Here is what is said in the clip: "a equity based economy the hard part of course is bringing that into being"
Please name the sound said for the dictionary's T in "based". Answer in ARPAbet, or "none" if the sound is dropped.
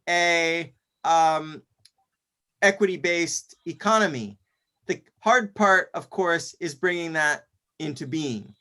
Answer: T